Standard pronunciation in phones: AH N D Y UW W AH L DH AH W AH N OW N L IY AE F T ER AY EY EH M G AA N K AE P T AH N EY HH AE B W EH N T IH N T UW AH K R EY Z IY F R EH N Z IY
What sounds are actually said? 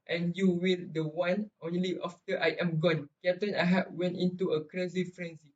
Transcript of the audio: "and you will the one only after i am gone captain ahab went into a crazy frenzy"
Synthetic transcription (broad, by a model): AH N Y UW W AH L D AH W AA N OW N L IY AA F T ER AY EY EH M G AA N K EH T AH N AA HH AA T W EH N T IH N T UW AH K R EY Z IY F R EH N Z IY